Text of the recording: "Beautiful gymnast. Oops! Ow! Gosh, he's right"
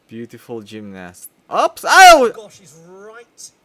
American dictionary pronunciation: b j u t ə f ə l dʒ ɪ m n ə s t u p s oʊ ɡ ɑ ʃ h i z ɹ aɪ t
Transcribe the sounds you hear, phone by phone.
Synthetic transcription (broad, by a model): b j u t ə f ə l dʒ ɪ m n ə s t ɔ p s oʊ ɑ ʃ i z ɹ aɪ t